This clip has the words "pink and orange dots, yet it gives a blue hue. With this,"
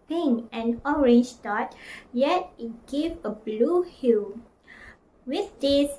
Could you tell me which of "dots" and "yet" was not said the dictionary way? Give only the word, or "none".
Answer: dots